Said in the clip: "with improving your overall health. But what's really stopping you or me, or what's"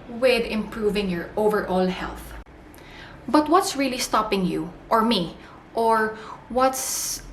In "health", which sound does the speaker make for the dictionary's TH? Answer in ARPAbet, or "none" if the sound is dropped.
TH